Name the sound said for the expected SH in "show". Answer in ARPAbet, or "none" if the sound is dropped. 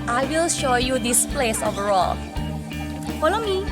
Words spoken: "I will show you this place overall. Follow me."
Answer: SH